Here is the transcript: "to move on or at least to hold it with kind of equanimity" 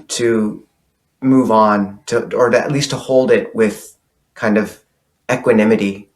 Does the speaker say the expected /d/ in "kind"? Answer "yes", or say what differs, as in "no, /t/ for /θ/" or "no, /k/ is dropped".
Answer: yes